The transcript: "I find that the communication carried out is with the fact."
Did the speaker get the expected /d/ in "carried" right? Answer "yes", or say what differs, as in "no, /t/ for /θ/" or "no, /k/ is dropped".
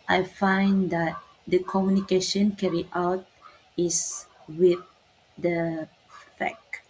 no, /d/ is dropped